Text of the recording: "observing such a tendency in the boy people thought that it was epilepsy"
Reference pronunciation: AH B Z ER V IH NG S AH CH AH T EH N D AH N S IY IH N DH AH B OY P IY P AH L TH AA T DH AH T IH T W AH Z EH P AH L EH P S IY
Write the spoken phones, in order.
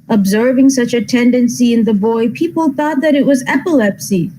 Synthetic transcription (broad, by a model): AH B Z ER V IH NG S AH CH AH T EH N D AH N S IY IH N DH AH B OY P IY P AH L TH AA T DH AH T IH T W AH Z EH P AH L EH P S IY